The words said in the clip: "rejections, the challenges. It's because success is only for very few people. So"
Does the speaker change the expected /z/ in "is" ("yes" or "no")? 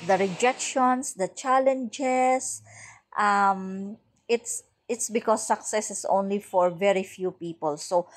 yes